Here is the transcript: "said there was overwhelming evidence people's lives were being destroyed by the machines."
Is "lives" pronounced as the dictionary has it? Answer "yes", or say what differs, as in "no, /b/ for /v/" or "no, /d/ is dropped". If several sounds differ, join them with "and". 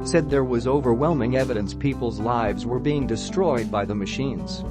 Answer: yes